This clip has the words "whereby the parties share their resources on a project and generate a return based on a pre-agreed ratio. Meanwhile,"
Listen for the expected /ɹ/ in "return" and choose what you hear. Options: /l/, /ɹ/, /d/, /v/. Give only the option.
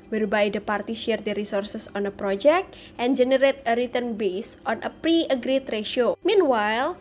/ɹ/